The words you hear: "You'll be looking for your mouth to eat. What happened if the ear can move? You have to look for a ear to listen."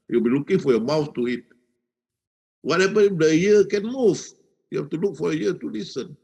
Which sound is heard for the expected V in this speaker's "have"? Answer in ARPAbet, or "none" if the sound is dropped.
F